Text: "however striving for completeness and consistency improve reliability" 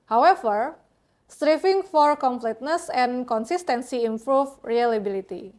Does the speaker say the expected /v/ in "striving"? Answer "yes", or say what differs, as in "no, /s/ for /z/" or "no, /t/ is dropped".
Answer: no, /f/ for /v/